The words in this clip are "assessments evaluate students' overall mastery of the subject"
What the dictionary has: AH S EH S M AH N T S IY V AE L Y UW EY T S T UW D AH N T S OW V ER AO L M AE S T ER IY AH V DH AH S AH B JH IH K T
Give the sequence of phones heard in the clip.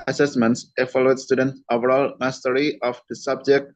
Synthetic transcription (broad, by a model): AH S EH S M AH N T S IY F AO L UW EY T S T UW D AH N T OW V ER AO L M AE S T ER IY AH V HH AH S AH B JH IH K T